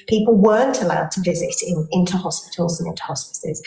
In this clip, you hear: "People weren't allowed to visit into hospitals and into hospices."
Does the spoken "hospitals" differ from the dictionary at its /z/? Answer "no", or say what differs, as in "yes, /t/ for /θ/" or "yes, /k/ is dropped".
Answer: no